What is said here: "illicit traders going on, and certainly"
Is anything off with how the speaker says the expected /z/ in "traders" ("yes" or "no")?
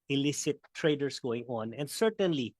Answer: yes